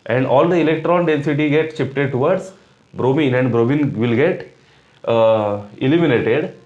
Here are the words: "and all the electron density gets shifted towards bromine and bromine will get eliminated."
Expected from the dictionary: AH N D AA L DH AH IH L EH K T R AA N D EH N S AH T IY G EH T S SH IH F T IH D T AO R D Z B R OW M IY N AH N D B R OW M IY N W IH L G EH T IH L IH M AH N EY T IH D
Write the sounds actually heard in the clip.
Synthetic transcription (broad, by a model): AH N D AA L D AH IH L EH K T R AA N D EH N S AH T IY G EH T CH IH P T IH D T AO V D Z B R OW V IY N AH N D B R OW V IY N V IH L G EH T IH L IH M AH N EY T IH D